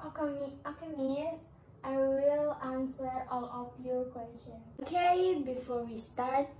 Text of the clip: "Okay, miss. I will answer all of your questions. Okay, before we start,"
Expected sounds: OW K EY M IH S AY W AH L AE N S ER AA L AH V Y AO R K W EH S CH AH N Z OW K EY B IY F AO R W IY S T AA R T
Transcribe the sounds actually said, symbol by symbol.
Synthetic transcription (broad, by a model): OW K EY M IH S AY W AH L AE N S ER AA L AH P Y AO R K W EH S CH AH N OW K EY B IY F AO R W IY S T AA R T